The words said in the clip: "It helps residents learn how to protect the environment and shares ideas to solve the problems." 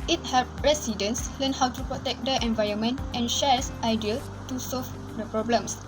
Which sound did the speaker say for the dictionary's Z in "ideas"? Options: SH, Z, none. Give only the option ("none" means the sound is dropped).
none